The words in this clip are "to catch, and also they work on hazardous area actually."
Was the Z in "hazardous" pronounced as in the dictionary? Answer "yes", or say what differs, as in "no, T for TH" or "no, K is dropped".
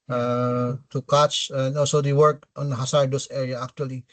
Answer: no, S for Z